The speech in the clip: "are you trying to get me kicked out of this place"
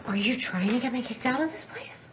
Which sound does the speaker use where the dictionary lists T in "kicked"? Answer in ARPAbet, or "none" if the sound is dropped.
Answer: T